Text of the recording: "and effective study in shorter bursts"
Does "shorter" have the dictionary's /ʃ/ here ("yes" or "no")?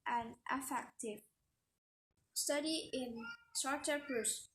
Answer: no